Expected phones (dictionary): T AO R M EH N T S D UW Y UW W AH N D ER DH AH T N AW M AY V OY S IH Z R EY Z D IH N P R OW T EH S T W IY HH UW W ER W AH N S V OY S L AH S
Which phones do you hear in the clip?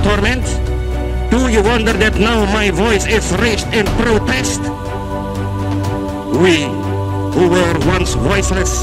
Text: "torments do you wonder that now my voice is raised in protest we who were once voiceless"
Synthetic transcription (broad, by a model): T AO R M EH N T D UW Y UW W AH N D ER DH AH T N AW M AY V OY S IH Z R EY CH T IH N P R OW T EH S T W IY HH UW W ER W AH N S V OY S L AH S